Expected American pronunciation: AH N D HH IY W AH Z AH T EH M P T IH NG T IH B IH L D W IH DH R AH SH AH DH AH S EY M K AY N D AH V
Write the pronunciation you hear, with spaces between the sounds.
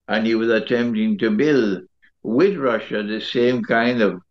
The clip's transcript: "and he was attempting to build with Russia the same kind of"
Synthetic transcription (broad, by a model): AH N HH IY W AH Z AH T EH M P T IH NG T IH B IH L D W IH DH R AH SH AH DH AH S EY M K AY N D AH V